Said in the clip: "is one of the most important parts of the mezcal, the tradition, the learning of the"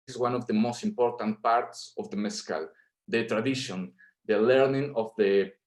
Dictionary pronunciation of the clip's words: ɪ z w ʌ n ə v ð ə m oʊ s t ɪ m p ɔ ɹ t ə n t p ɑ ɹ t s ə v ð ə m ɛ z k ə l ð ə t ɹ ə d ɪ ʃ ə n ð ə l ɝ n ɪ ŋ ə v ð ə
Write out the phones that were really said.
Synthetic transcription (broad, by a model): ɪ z w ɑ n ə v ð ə m oʊ s t ɪ m p ɔ ɹ t ə n t p ɑ ɹ t s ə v ð ə m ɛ s k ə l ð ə t ɹ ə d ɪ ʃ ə n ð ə l ɝ n ɪ ŋ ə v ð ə